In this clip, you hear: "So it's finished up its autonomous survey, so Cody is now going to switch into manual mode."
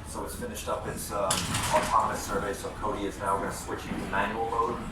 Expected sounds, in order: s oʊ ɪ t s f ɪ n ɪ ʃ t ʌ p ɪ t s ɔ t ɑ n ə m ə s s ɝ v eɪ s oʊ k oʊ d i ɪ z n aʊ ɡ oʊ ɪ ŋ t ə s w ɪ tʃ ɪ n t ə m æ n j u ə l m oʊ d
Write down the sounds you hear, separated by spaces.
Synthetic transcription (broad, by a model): s oʊ ɪ t s f ɪ n ɪ ʃ t ʌ p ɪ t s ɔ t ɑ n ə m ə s s ɝ v eɪ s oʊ k oʊ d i ɪ z n aʊ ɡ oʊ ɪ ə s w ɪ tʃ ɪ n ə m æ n j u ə l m oʊ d